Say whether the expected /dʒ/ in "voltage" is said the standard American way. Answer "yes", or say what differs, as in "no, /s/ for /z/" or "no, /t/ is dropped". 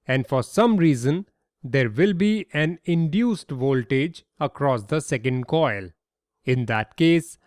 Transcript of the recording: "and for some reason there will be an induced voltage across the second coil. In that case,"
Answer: yes